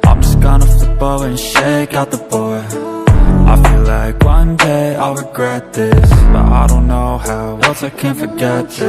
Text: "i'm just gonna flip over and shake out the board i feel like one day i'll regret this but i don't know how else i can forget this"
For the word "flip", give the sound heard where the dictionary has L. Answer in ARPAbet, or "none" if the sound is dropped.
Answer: none